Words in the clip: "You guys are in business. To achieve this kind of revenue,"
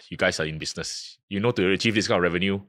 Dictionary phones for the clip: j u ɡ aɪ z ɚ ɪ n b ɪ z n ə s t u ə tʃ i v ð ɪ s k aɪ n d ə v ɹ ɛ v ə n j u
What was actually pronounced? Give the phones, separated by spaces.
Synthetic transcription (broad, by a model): j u ɡ aɪ s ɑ ɪ n b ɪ s n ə s t u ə tʃ i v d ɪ s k aɪ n ə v ɹ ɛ v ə n j u